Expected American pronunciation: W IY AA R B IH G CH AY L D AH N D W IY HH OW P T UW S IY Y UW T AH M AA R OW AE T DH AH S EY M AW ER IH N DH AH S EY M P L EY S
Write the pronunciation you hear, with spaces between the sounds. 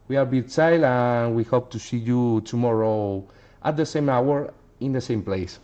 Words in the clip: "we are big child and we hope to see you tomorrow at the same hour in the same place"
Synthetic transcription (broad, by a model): W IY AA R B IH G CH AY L AH N W IY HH OW P T UW S IY Y UW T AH M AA R OW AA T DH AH S EY M AW ER IH N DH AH S EY M P L EY S